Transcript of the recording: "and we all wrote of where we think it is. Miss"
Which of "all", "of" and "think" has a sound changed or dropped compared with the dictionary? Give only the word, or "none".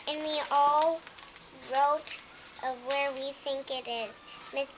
none